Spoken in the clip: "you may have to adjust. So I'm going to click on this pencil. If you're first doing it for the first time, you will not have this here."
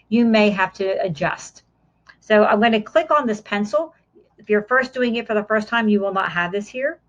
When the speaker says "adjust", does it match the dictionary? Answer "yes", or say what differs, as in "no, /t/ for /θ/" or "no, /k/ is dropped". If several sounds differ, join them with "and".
yes